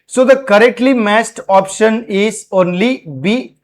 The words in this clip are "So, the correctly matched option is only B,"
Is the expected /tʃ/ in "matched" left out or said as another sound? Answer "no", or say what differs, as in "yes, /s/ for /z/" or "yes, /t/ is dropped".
yes, /s/ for /tʃ/